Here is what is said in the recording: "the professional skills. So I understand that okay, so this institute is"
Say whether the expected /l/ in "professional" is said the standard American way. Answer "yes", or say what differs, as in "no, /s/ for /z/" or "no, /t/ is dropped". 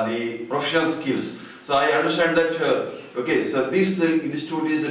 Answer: no, /n/ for /l/